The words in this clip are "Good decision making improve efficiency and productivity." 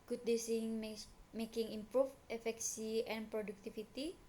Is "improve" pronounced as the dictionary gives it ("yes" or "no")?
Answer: no